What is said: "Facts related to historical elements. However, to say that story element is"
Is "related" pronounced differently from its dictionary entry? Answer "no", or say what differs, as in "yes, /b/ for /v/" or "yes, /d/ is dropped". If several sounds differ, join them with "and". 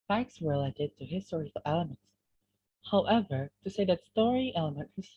no